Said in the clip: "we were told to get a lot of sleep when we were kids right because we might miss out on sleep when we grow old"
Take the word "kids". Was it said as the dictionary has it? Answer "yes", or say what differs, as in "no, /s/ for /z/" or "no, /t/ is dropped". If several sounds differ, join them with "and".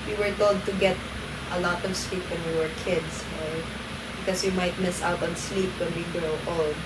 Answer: no, /s/ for /z/